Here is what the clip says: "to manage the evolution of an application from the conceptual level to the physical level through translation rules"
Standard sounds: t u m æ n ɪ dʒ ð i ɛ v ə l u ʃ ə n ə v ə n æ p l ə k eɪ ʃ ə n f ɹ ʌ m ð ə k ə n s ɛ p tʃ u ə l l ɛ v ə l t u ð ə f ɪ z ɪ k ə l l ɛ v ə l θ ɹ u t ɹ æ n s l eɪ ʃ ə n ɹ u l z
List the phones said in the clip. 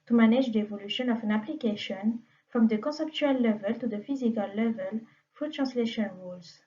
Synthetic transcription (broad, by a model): t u m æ n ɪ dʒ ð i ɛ v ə l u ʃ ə n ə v ə n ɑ p l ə k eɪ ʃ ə n f ɹ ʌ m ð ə k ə s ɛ p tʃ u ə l l ɛ v ə l t u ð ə f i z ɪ k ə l l ɛ v ə l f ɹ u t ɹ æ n s l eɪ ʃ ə n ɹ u l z